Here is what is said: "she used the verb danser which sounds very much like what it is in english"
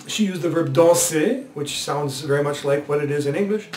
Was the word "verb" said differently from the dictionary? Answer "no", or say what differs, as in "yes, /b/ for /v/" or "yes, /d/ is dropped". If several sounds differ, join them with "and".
no